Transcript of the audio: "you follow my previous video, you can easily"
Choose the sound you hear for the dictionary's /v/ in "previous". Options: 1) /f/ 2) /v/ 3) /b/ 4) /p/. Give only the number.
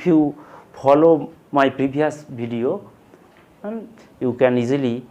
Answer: 3